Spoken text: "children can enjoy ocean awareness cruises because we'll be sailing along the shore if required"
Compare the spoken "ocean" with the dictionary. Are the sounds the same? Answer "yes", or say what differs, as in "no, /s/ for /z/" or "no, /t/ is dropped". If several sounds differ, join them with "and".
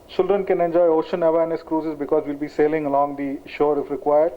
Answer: yes